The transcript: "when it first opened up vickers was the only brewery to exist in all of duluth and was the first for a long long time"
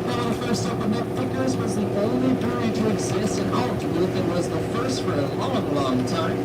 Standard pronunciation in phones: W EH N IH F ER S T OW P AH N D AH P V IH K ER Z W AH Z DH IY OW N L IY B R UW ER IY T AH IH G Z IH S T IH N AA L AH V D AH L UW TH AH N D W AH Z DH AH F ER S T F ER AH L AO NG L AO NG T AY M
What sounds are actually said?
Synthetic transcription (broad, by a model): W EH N IH F ER S T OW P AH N AH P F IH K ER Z W AH Z DH IY OW N L IY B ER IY T AH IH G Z IH S T IH N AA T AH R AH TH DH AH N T W AH Z DH AH F ER S T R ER AH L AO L L AO NG T AY M